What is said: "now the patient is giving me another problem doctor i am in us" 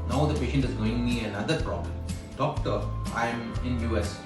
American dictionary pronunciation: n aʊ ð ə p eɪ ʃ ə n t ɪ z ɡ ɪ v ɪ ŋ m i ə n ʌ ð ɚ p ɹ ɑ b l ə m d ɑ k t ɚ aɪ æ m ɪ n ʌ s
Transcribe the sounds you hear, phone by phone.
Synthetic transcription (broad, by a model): n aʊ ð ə p eɪ ʃ ə n t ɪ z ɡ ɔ ɪ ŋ m i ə n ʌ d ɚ p ɹ ɑ b l ə m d ɑ k t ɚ aɪ m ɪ n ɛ s